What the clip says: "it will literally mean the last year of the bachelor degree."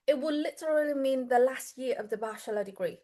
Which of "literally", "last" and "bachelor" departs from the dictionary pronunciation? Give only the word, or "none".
bachelor